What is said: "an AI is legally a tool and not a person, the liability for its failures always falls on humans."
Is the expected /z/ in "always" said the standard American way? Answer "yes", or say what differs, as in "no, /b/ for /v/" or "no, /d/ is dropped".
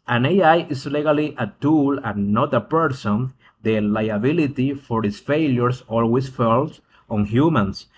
no, /s/ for /z/